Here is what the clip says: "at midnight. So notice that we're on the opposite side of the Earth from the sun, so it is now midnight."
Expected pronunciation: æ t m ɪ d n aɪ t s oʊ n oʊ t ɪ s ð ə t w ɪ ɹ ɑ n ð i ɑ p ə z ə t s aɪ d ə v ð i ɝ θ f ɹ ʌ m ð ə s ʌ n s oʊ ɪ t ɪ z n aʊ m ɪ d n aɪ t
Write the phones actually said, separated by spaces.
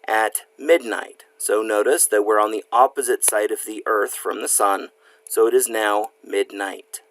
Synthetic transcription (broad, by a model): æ t m ɪ d n aɪ t s oʊ n oʊ t ɪ s ð ə t w ɪ ɹ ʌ n ð i ɑ p ə z ə t s aɪ d ə v ð i ɝ θ f ɹ ʌ m ð ə s ʌ n s oʊ ɪ t ɪ z n aʊ m ɪ d n aɪ t